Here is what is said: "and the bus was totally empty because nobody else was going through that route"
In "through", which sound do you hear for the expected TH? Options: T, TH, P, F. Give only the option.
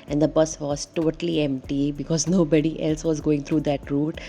T